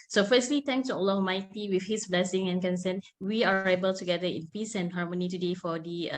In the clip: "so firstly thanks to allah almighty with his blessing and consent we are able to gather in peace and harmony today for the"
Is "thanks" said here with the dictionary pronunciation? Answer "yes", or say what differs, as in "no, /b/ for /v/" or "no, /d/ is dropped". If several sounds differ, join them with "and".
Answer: no, /t/ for /θ/